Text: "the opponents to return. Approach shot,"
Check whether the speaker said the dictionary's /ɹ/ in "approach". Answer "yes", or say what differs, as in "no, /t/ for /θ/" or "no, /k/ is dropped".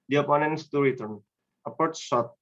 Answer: no, /ɹ/ is dropped